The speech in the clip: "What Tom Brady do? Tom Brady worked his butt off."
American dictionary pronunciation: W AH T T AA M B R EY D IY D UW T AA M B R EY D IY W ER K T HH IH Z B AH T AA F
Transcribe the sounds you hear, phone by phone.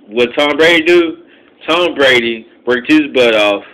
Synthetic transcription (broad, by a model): W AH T T AA M B R EY D IY D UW T AA M B R EY D IY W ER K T HH IH Z B AH T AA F